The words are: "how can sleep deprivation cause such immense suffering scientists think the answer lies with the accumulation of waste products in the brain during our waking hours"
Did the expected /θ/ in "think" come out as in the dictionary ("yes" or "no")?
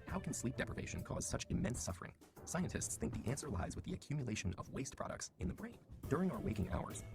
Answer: yes